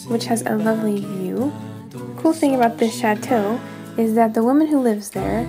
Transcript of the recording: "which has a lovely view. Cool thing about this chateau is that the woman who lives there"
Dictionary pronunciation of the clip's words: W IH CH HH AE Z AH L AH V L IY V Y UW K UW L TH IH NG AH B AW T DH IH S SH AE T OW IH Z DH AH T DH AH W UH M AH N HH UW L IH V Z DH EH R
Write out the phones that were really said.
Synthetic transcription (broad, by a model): W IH CH HH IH Z AH L AH V L IY V Y UW K UW L TH IH NG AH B AW T DH IH S SH AE T OW IH Z DH AH T DH AH W UH M AH N HH UW L IH V Z DH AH R